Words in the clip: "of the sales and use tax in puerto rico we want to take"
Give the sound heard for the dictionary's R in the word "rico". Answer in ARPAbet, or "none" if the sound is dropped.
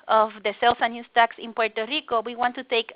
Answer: R